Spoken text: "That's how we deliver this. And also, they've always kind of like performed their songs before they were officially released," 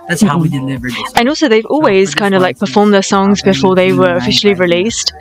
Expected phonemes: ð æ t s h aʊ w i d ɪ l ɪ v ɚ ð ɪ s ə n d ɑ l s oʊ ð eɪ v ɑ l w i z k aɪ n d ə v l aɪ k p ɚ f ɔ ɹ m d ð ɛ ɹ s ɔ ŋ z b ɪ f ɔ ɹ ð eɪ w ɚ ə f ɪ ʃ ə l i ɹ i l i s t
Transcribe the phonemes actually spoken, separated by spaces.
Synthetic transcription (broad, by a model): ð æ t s h aʊ w i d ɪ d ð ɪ ə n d ɑ l s oʊ ð eɪ v ɑ l w i z k aɪ n d ə v l aɪ k p ɚ f ɔ ɹ m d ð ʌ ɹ s ɔ ŋ z b ɪ f ɔ ɹ ð eɪ w ɚ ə f ɪ ʃ l i ɹ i l i s t